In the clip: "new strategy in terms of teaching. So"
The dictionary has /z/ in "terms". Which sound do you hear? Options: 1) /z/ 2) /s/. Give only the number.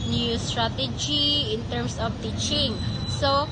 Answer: 2